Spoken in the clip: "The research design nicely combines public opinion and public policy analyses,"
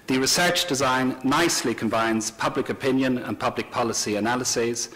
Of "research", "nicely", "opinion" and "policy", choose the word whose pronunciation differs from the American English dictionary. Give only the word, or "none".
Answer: none